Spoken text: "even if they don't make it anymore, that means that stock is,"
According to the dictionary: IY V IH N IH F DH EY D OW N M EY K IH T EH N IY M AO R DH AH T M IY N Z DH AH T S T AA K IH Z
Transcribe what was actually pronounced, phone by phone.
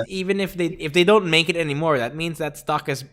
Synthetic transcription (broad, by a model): IY V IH N IH F DH EY D OW N M EY K IH T EH N IY M AO R DH AH T M IY N Z DH AH T S T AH K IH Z